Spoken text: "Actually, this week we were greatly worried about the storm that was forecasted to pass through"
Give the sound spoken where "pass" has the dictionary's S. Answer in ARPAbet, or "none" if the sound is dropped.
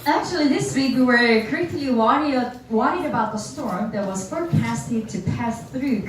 S